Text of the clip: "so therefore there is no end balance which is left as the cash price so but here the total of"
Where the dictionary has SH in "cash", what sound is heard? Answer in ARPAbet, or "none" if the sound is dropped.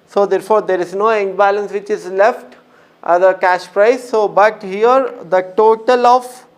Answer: SH